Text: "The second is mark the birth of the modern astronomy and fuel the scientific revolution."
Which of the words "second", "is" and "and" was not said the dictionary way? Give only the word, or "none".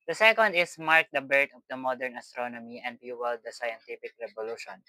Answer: is